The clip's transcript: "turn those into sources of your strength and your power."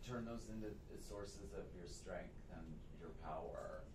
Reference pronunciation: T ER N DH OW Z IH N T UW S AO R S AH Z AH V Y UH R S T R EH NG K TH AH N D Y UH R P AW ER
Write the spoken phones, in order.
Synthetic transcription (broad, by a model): T ER N DH OW Z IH N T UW S AO R S AH Z AH V Y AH R S T R EH NG K TH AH N Y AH R P AW ER